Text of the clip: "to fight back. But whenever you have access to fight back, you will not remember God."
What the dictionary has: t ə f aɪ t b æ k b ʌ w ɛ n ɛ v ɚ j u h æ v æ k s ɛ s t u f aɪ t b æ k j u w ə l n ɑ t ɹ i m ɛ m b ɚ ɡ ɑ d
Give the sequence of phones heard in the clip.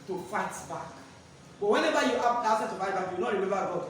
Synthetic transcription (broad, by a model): t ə f aɪ t b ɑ k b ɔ w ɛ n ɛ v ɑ j u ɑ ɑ s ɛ t u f aɪ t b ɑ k j u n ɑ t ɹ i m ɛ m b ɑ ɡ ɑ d